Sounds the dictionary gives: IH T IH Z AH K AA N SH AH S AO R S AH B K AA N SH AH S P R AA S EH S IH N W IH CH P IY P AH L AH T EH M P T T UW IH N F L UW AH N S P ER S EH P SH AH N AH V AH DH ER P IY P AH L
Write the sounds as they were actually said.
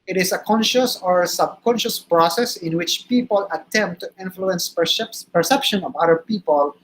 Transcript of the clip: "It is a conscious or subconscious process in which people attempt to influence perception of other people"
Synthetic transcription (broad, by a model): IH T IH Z AH K AA N SH AH S AO R S AH B K AA N SH AH S P R AA S EH S IH N W IH CH P IY P AH L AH T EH M P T T UW IH N F L UW AH N S P ER S EH P SH AH N AH V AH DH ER P IY P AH L